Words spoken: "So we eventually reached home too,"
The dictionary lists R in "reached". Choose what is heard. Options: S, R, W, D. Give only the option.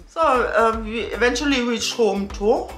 W